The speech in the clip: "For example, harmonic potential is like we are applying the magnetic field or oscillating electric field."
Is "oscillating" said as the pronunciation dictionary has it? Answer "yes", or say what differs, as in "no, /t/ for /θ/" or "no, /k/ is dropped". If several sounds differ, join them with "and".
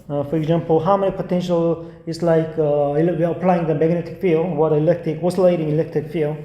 yes